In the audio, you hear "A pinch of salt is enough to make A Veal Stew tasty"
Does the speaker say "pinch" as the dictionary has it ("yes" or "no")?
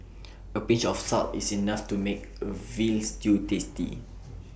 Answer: no